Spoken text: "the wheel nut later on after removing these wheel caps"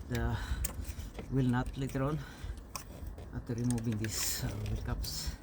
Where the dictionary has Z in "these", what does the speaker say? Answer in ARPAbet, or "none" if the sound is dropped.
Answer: S